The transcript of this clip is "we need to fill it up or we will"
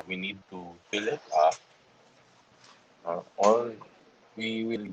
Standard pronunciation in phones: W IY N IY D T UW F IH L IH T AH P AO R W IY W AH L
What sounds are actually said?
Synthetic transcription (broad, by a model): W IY N IY D T UW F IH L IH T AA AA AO L W IY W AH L